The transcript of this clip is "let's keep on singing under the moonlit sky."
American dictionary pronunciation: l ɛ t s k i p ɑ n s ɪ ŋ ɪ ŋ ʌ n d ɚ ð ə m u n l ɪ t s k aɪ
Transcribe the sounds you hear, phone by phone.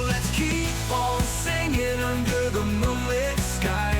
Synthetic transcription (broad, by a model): l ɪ t s k i p ɑ l s ɪ ŋ ɪ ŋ ʌ n d ɚ ð ə m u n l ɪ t s k aɪ